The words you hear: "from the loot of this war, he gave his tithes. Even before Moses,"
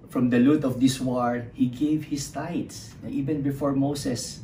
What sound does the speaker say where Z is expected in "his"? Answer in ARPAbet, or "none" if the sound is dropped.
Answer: S